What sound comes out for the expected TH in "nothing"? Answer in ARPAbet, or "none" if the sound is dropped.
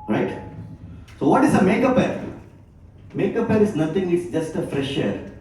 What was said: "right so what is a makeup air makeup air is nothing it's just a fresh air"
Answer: T